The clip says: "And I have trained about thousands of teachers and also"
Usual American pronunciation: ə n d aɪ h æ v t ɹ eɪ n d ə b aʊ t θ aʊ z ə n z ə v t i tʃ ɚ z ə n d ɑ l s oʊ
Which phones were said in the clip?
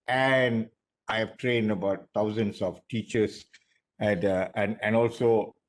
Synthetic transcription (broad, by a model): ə n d aɪ h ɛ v t ɹ eɪ n d ə b aʊ t t aʊ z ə n s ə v t i tʃ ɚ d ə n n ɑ l s oʊ